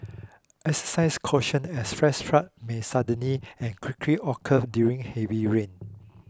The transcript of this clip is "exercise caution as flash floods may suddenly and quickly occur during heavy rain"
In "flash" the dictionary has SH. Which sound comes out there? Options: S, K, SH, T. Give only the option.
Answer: S